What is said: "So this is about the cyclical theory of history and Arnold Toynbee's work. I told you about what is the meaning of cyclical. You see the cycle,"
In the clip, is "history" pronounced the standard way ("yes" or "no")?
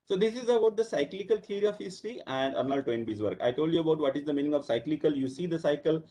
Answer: no